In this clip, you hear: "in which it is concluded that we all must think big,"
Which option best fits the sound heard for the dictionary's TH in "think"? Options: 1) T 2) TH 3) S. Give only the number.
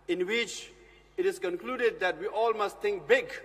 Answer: 1